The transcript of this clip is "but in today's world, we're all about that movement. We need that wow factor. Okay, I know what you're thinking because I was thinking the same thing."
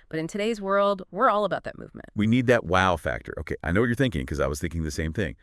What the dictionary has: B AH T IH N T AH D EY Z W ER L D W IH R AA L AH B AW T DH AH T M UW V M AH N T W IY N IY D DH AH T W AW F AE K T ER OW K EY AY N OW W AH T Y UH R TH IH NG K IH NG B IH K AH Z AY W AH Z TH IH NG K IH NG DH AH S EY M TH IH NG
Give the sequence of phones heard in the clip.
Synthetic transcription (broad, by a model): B AH T IH N T AH D EY Z W ER L D W IH R AA L AH B AW T DH AH T M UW V M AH N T W IY N IY D DH AH T W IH F AE K T ER OW K EY AY N OW W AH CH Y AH R TH IH NG K IH NG K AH Z AY W AH Z TH IH NG K IH NG DH AH S EY M TH IH NG